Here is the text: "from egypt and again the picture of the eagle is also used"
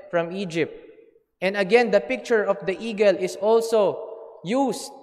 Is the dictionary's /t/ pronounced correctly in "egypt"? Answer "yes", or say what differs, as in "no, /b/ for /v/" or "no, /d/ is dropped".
yes